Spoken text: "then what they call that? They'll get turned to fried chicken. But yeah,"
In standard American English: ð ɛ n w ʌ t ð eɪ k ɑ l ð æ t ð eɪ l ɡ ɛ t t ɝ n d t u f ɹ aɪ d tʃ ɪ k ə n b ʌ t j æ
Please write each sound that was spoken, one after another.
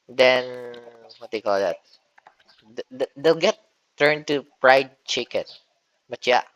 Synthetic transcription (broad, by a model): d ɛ n w ʌ t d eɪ k ɑ l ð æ t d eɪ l ɡ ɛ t t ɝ n t u p ɹ aɪ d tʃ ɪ k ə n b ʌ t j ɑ